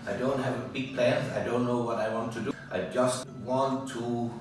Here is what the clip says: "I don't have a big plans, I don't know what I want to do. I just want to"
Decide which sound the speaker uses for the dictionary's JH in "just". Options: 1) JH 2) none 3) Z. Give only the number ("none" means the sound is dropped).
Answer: 1